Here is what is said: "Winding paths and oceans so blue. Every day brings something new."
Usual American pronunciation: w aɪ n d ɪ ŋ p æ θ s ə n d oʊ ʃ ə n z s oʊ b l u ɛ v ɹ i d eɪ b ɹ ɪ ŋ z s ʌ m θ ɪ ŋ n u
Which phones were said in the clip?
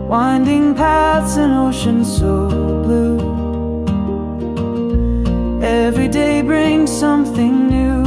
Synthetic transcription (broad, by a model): w aɪ n d ɪ ŋ p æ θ s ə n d oʊ ʃ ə n s oʊ b l u ɛ v ɹ i d eɪ b ɹ ɪ ŋ z s ʌ m θ ɪ ŋ n u